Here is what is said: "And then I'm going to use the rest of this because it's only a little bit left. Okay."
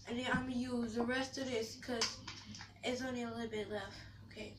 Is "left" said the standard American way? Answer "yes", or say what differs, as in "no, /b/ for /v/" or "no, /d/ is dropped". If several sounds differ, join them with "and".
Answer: no, /t/ is dropped